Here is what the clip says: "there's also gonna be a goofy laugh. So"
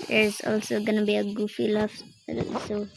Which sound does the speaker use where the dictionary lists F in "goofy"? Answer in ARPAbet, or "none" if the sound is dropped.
F